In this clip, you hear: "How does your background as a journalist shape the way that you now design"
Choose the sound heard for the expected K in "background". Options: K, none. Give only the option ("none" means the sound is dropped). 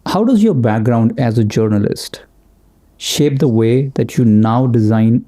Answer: K